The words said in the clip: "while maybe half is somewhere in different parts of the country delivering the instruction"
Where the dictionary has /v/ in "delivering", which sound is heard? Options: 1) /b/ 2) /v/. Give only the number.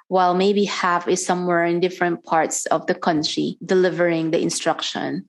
2